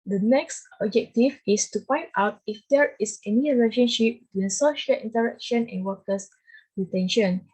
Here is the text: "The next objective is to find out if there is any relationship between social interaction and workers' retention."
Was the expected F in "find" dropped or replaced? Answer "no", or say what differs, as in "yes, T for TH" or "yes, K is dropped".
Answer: yes, P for F